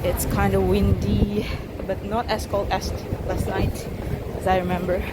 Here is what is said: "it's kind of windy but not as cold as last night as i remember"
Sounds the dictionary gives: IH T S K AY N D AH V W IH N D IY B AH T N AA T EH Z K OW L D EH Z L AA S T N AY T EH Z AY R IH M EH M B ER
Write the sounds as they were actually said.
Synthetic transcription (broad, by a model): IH T S K AY N D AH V W IH N D IY B AH T N AA T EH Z K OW L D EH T L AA S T N AY T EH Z AY R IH M EH M B ER